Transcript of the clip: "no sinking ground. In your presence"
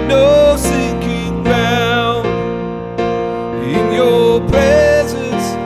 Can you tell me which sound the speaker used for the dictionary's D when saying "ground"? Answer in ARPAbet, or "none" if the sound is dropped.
none